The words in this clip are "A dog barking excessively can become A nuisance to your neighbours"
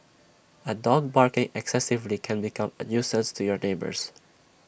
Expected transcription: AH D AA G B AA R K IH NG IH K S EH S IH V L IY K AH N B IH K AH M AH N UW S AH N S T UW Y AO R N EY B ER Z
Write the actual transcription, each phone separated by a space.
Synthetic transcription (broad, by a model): AH D AA G B AA R K IH NG IH K S EH S IH V L IY K AH N B IH K AH M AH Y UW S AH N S T UW Y AO R N EY B ER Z